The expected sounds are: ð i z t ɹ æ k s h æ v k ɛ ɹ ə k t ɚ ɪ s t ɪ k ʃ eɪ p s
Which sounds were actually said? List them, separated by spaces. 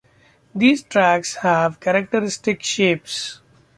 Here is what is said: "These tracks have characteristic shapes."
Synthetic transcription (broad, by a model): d i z t ɹ æ k s h æ v k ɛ ɹ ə k t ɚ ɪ s t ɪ k ʃ eɪ p s